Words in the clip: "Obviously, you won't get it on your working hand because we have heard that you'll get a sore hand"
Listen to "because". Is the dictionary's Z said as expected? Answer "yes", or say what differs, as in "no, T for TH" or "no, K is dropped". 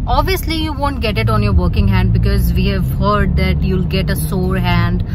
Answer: yes